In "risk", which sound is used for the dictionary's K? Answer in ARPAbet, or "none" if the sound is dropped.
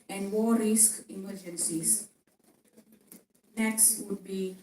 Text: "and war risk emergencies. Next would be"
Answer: K